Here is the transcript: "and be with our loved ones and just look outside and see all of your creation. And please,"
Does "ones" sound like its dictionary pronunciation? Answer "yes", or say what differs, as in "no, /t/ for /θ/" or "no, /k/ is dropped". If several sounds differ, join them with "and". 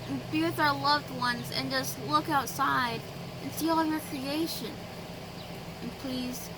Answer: yes